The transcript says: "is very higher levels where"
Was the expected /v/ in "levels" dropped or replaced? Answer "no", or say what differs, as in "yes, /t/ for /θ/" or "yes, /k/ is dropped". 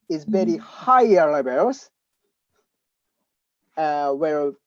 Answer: yes, /b/ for /v/